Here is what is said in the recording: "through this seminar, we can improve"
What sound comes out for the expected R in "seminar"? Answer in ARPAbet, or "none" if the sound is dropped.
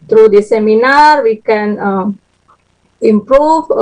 R